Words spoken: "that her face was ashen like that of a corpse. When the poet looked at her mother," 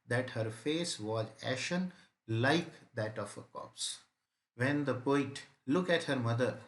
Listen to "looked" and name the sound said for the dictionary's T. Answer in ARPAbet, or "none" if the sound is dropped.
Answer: none